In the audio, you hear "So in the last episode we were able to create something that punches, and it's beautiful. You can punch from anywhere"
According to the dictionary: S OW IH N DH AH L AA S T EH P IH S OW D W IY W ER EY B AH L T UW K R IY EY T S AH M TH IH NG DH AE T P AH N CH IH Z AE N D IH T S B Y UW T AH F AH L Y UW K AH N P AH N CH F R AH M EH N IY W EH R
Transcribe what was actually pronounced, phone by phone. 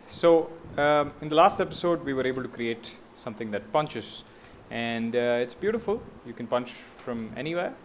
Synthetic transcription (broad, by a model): S OW IH N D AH L AA S T EH P IH S OW D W IY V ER EY B AH L T UW K R IY EY T S AH M T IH NG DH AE T P AH N CH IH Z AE N D IH T S B Y UW T AH F AH L Y UW K AH N P AH N CH F R AH M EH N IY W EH